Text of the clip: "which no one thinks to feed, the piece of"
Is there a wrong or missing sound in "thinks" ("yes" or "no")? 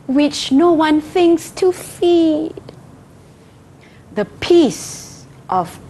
no